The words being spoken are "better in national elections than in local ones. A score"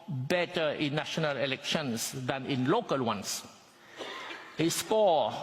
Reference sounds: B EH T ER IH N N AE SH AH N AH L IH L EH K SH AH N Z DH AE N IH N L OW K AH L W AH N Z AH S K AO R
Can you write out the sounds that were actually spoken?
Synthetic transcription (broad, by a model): B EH T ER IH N N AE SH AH N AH L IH L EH K SH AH N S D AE N IH N L OW K AH L W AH N S AH S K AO